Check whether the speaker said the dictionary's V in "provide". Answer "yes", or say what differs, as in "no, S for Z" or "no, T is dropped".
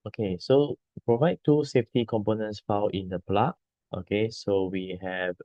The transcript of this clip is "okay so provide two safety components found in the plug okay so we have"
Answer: yes